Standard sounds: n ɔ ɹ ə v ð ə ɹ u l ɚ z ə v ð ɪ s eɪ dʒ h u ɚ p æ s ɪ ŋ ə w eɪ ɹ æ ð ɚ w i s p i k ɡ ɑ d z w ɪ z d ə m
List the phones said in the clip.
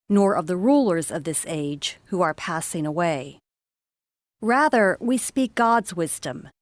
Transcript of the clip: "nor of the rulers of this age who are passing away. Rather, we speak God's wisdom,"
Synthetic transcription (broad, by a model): n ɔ ɹ ə v ð ə ɹ u l ɚ z ə v ð ɪ s eɪ dʒ h u ɚ p æ s ɪ ŋ ə w eɪ ɹ æ ð ɚ w i s p i k ɡ ɑ d z w ɪ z d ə m